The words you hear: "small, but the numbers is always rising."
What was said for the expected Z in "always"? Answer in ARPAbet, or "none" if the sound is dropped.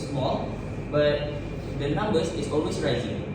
S